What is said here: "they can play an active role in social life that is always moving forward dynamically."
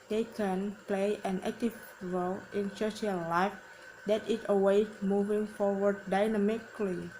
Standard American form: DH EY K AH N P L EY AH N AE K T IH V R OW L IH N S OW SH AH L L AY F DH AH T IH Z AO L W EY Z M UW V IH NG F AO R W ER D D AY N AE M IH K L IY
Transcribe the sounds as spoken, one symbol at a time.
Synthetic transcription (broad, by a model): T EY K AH N P L EY AH N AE K T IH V R OW L IH N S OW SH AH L L AY F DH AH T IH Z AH W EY M UW V IH NG F AO R W ER D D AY N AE M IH K L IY